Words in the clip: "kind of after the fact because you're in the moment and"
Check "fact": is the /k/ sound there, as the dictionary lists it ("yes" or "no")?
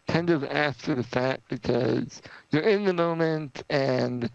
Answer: no